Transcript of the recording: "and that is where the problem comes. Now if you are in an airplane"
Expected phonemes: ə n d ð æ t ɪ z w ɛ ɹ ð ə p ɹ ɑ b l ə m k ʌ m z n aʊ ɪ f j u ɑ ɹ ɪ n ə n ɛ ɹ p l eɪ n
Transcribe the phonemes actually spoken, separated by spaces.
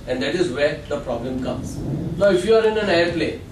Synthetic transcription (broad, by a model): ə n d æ t ɪ z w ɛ ɹ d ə p ɹ ɑ b l ə m k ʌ m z l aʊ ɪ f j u ɑ ɹ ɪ n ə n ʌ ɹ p l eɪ